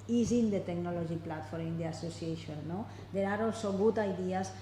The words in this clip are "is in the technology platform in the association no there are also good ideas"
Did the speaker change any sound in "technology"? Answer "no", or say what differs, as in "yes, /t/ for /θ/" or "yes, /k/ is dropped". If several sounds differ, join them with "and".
yes, /ʒ/ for /dʒ/